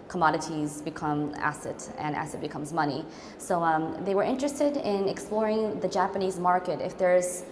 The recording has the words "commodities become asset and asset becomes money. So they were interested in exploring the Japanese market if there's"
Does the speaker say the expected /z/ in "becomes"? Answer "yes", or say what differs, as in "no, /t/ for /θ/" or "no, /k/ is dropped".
yes